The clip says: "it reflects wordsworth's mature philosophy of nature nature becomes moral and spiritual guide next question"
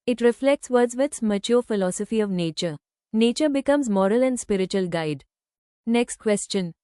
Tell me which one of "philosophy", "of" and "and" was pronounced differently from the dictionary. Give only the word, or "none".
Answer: none